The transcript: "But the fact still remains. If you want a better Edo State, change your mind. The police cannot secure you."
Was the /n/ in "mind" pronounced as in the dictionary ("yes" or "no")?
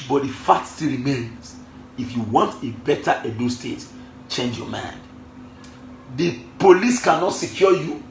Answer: yes